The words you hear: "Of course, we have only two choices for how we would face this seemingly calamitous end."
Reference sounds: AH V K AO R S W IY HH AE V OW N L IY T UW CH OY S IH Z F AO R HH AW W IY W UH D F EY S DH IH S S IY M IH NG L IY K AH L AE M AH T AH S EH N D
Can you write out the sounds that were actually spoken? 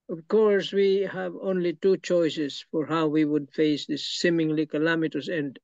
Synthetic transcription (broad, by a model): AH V K AO R S W IY HH AE V OW N L IY T UW CH OY S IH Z F AO R HH AW W IY W UH D F EY S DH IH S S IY M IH NG L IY K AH L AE M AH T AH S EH N D